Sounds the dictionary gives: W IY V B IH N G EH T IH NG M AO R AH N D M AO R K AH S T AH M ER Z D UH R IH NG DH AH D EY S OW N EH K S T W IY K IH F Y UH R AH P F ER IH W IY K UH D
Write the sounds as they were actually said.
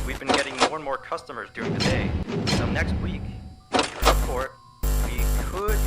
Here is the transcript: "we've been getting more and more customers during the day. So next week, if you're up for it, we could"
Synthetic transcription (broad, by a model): W IY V B IH N G EH T IH NG M AO R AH N M AO R K AH S T AH M ER Z D UH R IH NG DH AH D EY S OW N EH K S T W IY K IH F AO R W IY K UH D